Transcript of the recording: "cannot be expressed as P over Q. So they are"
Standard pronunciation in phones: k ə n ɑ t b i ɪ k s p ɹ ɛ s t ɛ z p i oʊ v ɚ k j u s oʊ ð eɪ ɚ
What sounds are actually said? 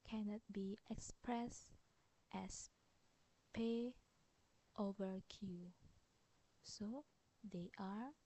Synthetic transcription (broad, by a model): k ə n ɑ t b i ɪ k s p ɹ ɛ s t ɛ s p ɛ oʊ v ɚ k j u s oʊ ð eɪ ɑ